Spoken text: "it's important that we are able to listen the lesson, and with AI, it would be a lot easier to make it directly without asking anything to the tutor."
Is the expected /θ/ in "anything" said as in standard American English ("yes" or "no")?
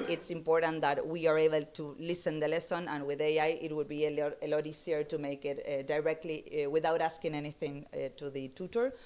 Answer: yes